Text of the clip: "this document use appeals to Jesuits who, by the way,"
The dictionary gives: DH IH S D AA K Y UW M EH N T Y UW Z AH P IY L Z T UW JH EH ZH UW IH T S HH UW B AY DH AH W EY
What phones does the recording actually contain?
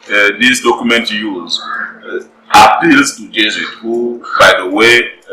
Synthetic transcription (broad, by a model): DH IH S D AA K Y UW M EH N T Y UW Z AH P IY L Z T UW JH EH Z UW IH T HH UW B AY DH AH W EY